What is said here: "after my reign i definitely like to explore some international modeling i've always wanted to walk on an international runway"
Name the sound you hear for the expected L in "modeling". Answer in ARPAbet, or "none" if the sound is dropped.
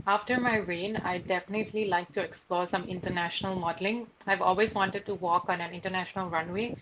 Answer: L